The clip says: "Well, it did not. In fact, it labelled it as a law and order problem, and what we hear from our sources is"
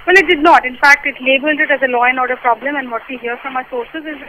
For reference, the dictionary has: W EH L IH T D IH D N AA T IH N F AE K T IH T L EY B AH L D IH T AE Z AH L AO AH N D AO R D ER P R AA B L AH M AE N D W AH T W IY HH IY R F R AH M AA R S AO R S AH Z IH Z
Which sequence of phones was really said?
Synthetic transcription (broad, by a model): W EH L IH T D IH D N AA T IH N F AE K T IH T L EY B AH L D IH T AE Z AH L AO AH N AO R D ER P R AA B L AH M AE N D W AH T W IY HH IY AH F R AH M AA S AO R S AH Z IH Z